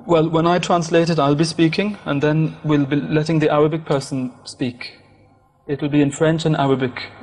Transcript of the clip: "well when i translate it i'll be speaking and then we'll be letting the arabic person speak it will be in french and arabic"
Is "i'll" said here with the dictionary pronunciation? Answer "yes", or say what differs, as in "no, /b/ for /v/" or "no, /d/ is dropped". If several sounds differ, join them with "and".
yes